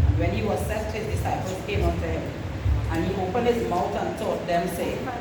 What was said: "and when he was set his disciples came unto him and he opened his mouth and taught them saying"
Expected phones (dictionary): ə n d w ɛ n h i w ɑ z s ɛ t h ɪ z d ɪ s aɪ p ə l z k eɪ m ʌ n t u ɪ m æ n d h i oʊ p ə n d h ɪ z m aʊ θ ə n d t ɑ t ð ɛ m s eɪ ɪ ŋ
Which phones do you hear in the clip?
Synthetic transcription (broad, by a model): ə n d w ɛ n h i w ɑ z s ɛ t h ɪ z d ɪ s aɪ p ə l s k eɪ m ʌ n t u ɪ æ n h i oʊ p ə n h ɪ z m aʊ t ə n t ɑ t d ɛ m s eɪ